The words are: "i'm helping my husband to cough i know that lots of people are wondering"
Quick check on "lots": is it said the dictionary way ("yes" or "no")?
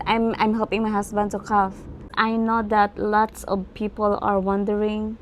yes